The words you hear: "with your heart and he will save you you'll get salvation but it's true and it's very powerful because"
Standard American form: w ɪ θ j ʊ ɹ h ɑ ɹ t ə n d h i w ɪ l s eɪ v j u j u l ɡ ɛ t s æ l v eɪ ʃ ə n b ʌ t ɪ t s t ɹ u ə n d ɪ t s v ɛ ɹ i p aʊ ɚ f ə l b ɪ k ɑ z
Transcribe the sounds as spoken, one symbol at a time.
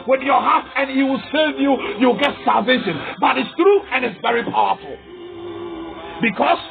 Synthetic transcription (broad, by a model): w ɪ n j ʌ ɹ h ɑ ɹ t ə n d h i w ɪ l s eɪ v j u j u l ɡ ɛ t s æ l v eɪ ʃ ə n b ʌ t ɪ t s t ɹ u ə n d ɪ t s v ɛ ɹ i p aʊ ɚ f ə l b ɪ k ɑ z